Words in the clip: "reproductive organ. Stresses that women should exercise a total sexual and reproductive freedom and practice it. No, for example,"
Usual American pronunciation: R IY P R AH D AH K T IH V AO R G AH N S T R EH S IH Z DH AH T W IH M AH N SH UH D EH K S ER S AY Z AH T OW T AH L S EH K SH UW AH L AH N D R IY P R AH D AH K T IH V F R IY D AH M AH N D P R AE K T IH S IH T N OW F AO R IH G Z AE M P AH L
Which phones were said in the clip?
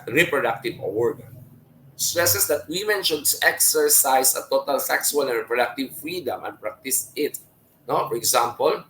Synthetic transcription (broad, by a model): R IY P R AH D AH K T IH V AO R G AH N S T R EH S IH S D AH T W IH M AH N SH UH D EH K S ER S AY S AH T OW T AH L S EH K S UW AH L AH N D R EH P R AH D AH K T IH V F R IY D AH M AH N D P R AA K T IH S IH T N OW F AO R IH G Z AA M P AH L